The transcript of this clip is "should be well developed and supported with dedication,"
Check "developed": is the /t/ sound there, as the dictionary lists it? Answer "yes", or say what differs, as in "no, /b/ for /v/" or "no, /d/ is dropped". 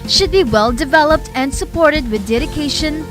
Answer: yes